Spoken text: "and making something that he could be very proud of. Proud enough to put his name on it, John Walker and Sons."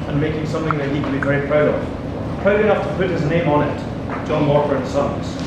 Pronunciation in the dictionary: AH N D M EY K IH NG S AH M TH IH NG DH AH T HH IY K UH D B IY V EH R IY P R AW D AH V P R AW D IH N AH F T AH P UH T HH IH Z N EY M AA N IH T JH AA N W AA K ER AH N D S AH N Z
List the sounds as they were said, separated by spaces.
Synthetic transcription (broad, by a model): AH N M EY K IH NG S AH M TH IH NG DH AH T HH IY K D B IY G R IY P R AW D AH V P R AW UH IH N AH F T AH P UH T HH IH Z N EY M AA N IH T JH AA N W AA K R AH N S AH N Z